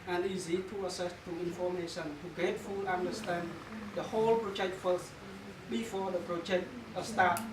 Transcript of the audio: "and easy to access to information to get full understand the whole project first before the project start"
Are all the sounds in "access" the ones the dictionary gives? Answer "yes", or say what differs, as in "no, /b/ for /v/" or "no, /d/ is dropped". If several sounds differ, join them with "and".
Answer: no, /k/ is dropped